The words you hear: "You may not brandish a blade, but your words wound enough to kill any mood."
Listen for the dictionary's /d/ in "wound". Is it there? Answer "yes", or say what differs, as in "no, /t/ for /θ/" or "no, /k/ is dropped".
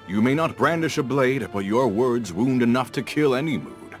yes